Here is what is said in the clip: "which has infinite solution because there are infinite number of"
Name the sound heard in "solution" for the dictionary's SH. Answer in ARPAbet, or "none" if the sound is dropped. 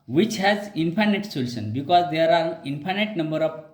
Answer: S